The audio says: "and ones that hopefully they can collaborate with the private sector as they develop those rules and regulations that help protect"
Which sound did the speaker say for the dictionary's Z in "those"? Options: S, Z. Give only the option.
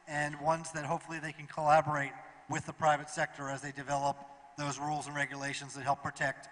Z